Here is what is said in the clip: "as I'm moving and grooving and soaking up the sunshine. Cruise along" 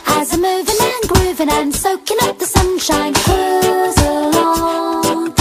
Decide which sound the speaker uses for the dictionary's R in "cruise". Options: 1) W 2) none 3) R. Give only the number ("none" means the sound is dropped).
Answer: 2